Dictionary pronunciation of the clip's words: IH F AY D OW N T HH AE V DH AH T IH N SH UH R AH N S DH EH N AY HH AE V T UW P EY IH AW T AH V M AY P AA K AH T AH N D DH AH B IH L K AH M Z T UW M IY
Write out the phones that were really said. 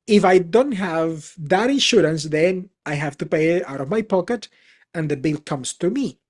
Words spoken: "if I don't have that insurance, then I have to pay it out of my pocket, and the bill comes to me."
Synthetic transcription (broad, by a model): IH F AY D OW N T HH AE V DH AH T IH N SH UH R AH N S DH EH N AY HH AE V T UW P EY IH AW T AH V M AY P AA K AH T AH N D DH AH B IH L K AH M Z T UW M IY